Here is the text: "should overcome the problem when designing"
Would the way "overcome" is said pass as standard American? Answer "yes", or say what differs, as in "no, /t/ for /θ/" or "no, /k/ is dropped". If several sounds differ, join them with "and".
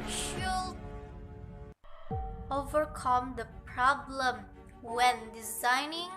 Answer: yes